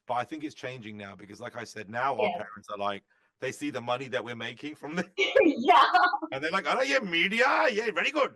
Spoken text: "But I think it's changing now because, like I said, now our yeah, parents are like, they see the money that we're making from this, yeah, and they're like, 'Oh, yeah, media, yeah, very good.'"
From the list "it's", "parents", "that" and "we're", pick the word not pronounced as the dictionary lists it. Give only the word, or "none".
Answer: none